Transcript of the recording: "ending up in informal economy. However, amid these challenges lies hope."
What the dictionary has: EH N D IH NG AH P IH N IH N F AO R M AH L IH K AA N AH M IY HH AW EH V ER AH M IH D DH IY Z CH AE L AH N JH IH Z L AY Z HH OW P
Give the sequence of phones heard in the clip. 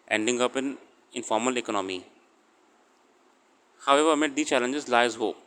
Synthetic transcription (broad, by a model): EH N D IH NG AH P IH N IH N F AO R M AH L IH K AA N AH M IY HH AW EH V ER M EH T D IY CH AE L AH N JH IH Z L AY Z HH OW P